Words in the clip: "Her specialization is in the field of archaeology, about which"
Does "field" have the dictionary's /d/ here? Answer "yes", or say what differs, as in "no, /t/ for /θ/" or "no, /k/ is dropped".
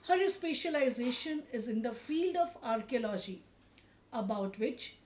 yes